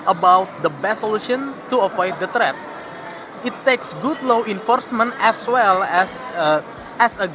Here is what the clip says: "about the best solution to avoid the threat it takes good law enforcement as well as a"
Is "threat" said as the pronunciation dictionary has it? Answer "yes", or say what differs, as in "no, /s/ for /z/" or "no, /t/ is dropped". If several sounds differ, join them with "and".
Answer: no, /t/ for /θ/